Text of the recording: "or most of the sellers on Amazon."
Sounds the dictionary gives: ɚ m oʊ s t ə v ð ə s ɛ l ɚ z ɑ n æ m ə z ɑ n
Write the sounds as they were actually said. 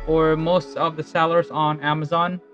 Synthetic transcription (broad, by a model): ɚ m oʊ s t ə v ð ə s ɛ l ɚ z n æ m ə z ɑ n